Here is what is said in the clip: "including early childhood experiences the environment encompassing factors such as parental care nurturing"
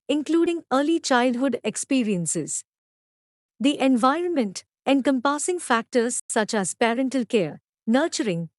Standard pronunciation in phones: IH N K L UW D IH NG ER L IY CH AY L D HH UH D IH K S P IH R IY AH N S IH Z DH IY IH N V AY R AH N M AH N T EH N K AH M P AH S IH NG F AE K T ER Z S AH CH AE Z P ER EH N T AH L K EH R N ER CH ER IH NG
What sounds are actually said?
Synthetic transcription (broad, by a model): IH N K L UW D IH NG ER L IY CH AY L D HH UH D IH K S P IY R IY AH N S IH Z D IY IH N V AY R AH N M AH N T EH N K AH M P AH S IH NG F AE K T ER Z S AH CH AE Z P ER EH N T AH L K EH R N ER CH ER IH NG